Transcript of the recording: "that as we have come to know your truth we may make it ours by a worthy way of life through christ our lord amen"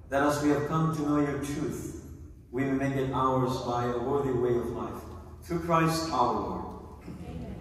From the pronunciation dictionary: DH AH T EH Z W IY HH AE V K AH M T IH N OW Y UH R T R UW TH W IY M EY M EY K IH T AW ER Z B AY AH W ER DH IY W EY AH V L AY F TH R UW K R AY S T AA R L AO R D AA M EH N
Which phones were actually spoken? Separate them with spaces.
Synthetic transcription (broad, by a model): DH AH T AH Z W IY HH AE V K AH M T IH N OW Y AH R T R UW TH W IY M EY M EY K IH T AW ER Z B AY AH W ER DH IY W EY AH V L AY F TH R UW K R AY S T AA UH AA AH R